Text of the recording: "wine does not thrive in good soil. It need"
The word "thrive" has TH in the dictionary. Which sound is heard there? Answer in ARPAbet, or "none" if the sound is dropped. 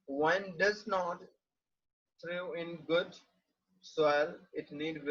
T